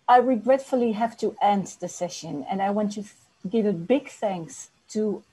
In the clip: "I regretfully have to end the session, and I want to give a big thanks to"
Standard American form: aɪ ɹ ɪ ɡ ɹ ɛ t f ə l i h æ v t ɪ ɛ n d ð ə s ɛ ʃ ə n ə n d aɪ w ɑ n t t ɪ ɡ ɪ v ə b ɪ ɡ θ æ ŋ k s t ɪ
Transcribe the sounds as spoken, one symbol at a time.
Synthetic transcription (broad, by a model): aɪ ɹ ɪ ɡ ɹ ɛ t f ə l i h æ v t ɪ ɛ n d ð ə s ɛ ʃ ə n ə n aɪ w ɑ n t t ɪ ɡ ɪ v ə b ɪ ɡ θ æ ŋ k s t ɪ